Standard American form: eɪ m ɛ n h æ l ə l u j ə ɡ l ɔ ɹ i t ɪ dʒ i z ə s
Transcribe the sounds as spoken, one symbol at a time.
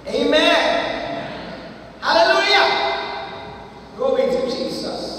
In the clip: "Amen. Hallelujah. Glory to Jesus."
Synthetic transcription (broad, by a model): eɪ m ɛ n h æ l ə l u j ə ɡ ɔ w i t ɪ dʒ i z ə s